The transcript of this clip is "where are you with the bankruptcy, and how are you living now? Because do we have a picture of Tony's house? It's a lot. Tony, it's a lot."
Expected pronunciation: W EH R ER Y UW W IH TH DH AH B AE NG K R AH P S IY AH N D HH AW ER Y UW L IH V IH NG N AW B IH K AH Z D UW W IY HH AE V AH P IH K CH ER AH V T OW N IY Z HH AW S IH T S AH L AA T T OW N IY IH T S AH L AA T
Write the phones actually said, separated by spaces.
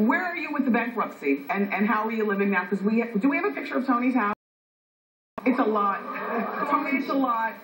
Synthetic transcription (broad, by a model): W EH R ER Y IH W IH DH AH B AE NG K R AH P S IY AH N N HH AW ER Y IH L IH V IH NG N AW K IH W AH D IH W IY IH V AH P IH K CH ER AH V T OW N IY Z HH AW IH T S AH L AA T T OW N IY IH T S AH L AA T